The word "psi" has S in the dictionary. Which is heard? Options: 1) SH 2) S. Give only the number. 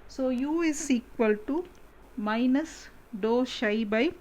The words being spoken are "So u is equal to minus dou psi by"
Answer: 1